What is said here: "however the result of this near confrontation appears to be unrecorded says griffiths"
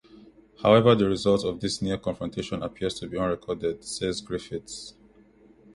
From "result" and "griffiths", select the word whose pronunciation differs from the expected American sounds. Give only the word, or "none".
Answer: griffiths